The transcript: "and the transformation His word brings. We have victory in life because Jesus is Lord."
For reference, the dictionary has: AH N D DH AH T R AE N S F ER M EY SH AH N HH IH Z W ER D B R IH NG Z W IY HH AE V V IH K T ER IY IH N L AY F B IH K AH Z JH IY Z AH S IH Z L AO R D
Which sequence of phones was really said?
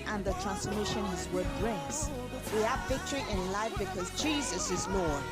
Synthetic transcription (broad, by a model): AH N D DH AH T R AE N S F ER M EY SH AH N HH IH Z W ER D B R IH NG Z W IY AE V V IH K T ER IY IH N L AY F B IH K AH Z JH IY Z AH S IH Z L AO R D